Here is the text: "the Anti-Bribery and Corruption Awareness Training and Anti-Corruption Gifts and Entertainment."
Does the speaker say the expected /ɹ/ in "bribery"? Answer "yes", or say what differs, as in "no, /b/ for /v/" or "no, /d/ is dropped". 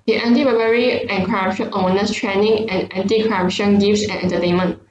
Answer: no, /ɹ/ is dropped